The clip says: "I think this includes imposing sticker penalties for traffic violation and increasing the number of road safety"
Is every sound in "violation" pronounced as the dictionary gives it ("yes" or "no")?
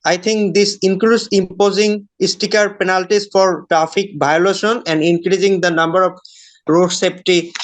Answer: no